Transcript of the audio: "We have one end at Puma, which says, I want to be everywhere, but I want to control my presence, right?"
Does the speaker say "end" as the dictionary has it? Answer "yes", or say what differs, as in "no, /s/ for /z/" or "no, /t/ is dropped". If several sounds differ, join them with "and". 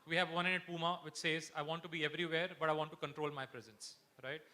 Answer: no, /d/ is dropped